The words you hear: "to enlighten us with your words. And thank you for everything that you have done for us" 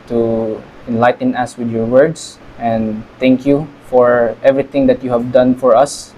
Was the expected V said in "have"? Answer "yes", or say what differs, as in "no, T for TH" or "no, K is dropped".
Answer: yes